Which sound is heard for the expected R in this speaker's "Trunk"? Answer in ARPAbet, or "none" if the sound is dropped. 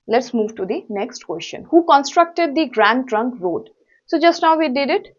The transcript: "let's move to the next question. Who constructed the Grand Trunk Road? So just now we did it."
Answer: R